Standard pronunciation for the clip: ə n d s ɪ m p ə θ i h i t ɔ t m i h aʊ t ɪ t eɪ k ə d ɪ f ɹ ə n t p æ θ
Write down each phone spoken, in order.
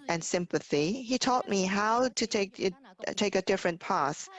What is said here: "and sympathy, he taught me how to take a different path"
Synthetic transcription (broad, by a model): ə n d s ɪ m p ə θ i h i t ɔ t m i h aʊ t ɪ t eɪ k ə d ɪ f ɹ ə n p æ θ